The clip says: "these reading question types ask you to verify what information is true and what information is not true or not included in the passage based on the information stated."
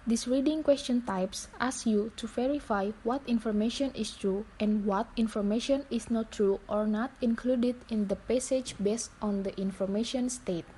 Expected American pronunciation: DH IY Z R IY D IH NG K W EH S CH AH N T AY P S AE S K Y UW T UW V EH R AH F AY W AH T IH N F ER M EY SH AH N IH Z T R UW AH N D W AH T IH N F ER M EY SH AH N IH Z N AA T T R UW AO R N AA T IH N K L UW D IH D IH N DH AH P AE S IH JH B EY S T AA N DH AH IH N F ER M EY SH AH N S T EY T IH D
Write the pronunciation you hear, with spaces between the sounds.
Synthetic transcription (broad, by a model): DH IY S R IY D IH NG K W EH S CH AH N T AY P S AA S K Y UW T UW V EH R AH F AY W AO T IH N F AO M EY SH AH N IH S T R UW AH N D W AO T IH N F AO M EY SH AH N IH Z N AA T T R UW AO R N AA T IH N K L UW D IH D IH N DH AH P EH S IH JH B EY S T AA N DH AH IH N F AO M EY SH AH N S T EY T